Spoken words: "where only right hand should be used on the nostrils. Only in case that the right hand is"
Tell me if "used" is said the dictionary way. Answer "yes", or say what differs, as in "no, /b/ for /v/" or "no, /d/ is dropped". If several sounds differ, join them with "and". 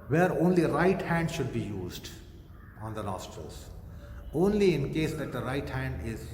yes